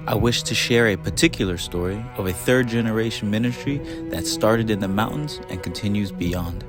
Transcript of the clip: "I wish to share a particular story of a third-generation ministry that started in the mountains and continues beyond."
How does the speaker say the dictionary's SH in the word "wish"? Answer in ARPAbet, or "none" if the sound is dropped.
SH